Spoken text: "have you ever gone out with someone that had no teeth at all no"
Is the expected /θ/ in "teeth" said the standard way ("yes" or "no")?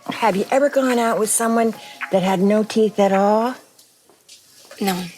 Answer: yes